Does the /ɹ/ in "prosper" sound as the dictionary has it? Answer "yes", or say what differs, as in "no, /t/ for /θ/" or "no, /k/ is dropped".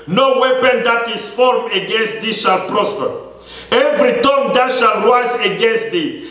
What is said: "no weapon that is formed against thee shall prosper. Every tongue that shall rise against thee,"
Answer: yes